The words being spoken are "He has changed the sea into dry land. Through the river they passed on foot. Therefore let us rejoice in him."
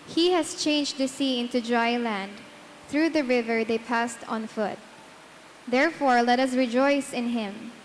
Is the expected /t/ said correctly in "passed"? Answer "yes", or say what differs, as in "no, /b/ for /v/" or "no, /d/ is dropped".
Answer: yes